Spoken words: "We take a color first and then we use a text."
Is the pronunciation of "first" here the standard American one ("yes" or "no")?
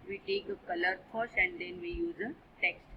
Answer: no